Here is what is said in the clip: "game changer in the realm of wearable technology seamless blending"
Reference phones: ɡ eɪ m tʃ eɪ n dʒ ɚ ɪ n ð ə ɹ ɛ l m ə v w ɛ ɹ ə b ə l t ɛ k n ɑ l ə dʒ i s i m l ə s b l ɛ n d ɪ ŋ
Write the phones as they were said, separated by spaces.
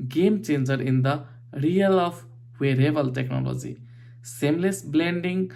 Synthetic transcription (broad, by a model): ɡ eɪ m tʃ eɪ n dʒ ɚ ɪ n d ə ɹ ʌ l ə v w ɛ ɹ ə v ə l t ɛ k n ɑ l ə dʒ i s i m l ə s b l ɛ n d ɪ ŋ